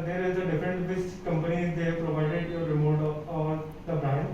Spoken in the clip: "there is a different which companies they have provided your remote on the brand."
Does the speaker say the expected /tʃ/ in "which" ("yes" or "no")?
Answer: no